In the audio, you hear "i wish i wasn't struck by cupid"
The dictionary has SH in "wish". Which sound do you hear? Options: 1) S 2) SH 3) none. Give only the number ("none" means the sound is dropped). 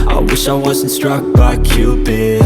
2